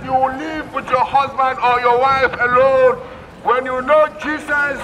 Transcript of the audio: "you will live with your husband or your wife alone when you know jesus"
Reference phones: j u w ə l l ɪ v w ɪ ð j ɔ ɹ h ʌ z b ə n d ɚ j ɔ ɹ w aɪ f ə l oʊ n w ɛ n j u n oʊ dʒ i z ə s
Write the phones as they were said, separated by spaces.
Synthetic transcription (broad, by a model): j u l l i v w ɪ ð j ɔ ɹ h ʌ z b ə n d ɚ j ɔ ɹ w aɪ f ə l oʊ n w ɛ n j u n oʊ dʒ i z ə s